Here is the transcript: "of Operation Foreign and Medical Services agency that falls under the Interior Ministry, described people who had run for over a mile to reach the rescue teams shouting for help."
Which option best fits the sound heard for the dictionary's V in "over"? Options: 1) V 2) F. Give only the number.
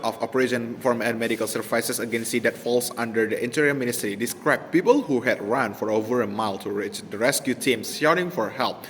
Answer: 1